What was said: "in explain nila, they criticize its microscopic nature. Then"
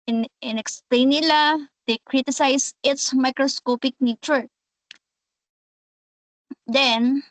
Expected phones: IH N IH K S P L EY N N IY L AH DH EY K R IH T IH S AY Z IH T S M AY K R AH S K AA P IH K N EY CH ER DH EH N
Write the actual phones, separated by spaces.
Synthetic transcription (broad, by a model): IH N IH K S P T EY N N IY L AH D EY K R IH T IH S AY S IH T S M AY K R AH S K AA P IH K N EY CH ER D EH N